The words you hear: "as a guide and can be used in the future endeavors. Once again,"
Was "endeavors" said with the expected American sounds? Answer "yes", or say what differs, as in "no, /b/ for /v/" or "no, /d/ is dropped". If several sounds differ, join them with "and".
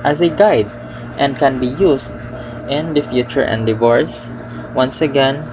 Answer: no, /s/ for /z/